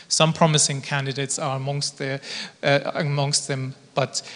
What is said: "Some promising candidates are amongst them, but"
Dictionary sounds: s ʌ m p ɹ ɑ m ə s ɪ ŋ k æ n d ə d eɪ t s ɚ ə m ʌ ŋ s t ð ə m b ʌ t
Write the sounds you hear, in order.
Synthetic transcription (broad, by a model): s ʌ m p ɹ ɑ m ə s ɪ ŋ k æ n d ə d eɪ t s ɚ ə m ʌ ŋ s t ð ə m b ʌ t